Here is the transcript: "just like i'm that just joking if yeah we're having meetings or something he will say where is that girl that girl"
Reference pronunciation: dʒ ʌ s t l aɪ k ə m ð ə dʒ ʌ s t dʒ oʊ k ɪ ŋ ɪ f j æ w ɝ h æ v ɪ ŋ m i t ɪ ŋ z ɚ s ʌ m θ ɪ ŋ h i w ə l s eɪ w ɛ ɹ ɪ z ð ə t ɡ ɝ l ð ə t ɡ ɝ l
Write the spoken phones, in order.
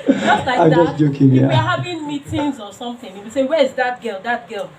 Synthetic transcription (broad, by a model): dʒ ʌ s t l aɪ ə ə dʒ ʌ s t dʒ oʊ k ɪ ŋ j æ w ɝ h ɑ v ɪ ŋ m i t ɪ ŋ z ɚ s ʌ m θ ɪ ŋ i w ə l s eɪ w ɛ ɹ ɪ z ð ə t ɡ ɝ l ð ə t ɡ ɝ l